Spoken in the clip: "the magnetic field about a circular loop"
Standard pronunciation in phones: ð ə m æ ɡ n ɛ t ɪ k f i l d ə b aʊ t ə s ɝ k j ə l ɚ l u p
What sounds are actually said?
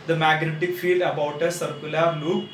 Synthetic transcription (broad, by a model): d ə m æ ɡ n ɛ t ɪ k f i l d ə b aʊ t ə s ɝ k j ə l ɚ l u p